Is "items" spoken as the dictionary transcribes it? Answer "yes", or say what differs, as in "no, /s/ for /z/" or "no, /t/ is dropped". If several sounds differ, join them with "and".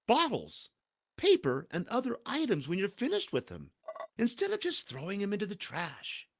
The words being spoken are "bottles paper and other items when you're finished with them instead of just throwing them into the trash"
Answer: yes